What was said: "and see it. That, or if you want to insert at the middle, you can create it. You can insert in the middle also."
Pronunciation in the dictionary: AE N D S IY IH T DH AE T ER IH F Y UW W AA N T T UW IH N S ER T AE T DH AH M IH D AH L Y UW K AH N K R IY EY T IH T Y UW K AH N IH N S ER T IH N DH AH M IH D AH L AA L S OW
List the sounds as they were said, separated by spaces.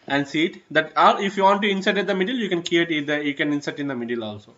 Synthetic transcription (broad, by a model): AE N D S IY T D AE T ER IH F Y UW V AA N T T UW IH N S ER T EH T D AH M IH D AH L Y UW K AH N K IY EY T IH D Y UW K AH N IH N S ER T IH N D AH M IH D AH L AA L S OW